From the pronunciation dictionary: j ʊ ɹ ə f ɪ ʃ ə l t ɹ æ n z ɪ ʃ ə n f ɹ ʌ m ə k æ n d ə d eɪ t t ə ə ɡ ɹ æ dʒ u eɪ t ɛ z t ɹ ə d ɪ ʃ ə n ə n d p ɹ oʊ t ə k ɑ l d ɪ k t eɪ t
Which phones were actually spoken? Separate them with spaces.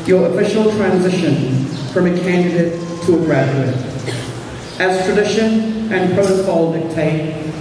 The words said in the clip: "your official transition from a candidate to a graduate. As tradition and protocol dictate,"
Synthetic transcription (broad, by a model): j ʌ ɹ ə f ɪ ʃ l t ɹ æ n z ɪ ʃ ə n f ɹ ʌ m ə k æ n d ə d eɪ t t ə ə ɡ ɹ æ dʒ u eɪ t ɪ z t ɹ ə d ɪ ʃ ə n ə n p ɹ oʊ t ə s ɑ l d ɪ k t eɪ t